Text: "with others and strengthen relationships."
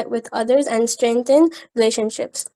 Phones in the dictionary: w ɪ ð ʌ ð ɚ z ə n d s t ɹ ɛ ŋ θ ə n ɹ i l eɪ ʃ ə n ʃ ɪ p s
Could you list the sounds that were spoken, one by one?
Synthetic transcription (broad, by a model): w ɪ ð ʌ ð ɚ z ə n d s t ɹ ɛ ŋ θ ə n ɹ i l eɪ ʃ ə n ʃ ɪ p s